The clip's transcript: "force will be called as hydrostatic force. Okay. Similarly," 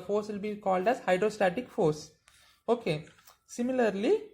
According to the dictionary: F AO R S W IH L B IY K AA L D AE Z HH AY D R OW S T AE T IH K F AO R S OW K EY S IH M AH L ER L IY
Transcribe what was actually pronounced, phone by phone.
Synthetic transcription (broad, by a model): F AO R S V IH L B IY K AA L D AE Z HH AY D R OW S T AE T IH K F AO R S OW K EY S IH M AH L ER L IY